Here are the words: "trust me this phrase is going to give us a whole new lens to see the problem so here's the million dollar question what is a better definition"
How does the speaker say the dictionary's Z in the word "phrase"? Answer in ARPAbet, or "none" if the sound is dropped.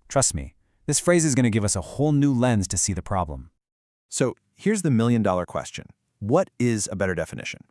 Z